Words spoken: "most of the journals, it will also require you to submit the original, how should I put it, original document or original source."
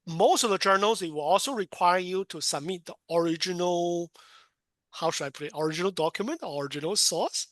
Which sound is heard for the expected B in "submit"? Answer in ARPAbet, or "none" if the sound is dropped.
B